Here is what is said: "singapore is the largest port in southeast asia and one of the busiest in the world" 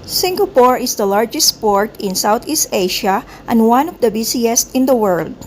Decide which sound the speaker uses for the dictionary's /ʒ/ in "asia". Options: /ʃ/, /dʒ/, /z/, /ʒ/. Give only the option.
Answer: /ʃ/